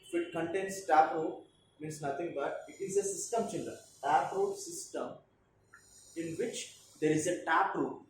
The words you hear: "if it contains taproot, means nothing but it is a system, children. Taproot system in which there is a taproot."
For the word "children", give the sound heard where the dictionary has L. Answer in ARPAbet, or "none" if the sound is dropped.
N